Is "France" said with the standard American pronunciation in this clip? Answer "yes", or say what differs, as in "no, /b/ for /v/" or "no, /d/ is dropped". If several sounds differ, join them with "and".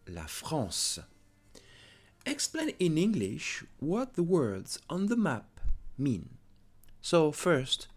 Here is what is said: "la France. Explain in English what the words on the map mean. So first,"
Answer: no, /n/ is dropped